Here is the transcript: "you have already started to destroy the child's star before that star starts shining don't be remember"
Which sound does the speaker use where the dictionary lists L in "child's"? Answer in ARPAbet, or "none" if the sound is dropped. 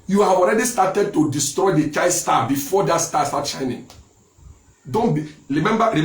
none